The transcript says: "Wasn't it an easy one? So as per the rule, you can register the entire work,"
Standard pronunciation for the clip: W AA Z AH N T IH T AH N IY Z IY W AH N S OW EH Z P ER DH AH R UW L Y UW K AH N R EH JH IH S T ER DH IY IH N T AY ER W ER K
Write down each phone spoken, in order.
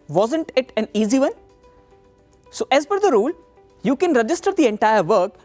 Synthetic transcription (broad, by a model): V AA Z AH N T IH T AH N IY Z IY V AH N S OW EH Z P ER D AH R UW L Y UW K AH N R EH JH IH S T ER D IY IH N T AY ER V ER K